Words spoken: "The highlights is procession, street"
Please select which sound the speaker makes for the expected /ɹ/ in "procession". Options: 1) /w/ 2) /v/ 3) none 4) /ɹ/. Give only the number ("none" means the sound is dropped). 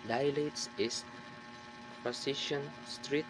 3